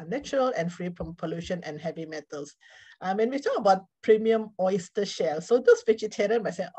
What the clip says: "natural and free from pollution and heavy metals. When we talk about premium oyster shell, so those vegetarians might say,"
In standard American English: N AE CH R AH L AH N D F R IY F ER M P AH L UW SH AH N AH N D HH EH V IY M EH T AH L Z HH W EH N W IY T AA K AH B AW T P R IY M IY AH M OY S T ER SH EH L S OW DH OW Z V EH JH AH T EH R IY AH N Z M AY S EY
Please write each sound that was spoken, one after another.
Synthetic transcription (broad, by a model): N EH CH R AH L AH N F R IY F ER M P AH L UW SH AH N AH N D HH EH V IY M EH T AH L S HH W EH N W IY T AA K AH B AW T P R IY M IY AH M OY S T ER SH EH L S OW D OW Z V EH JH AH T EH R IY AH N M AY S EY